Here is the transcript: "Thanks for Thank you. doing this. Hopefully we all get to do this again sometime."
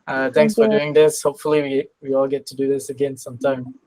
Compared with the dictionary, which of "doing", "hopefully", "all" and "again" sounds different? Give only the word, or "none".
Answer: hopefully